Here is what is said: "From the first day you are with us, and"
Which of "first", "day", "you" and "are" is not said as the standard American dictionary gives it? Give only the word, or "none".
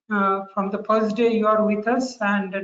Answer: first